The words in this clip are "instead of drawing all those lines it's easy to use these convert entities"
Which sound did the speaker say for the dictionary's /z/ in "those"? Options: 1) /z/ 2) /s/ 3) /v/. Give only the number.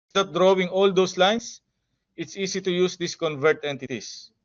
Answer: 2